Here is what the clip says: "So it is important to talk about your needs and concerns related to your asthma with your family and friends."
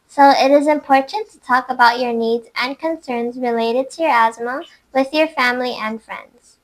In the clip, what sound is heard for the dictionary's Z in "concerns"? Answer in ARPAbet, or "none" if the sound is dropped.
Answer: Z